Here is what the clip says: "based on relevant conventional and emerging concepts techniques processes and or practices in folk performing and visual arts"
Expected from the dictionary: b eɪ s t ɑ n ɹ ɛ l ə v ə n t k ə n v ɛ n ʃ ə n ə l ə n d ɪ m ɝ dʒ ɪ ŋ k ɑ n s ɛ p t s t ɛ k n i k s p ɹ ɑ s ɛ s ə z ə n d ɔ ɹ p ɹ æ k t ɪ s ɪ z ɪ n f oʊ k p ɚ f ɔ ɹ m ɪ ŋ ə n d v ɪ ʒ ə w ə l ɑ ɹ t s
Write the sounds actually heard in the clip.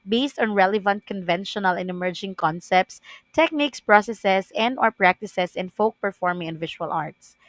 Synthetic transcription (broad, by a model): b eɪ s t ɑ n ɹ ɛ l ə v ə n t k ə n v ɛ n ʃ ə n ə l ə n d ɪ m ɝ dʒ ɪ ŋ k ɑ n s ɛ p t s t ɛ k n i k s p ɹ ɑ s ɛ s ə s ə n d ɔ ɹ p ɹ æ k t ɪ s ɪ s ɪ n f oʊ k p ɚ f ɔ ɹ m ɪ ŋ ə n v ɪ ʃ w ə l ɑ ɹ t s